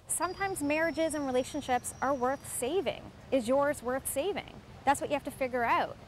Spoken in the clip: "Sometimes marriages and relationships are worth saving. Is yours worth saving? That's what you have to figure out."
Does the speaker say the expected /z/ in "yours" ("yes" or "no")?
yes